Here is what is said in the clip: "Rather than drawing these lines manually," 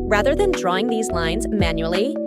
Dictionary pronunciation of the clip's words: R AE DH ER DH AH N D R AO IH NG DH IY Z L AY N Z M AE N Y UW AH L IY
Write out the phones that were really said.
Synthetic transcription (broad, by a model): R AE DH ER DH AH N D R AO IH NG DH IY Z L AY N Z M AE N Y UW L IY